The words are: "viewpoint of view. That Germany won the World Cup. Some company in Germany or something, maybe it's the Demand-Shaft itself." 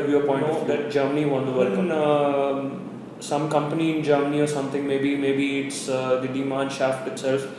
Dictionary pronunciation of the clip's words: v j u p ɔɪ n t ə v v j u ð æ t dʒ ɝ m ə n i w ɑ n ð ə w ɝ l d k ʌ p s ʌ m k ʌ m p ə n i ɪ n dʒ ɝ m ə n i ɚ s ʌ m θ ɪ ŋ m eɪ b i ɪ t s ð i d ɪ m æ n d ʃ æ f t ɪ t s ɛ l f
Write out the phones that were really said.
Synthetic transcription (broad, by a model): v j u p ɔɪ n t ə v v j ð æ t dʒ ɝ m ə n i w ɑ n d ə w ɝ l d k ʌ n s ʌ m k ʌ m p ə n i ɪ n dʒ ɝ m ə n i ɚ s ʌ m t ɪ ŋ m eɪ b i ɪ t s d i d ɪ m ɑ n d ʃ æ f t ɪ t s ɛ l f